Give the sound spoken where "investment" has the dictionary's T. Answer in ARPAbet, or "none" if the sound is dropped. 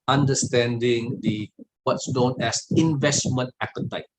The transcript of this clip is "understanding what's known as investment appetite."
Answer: T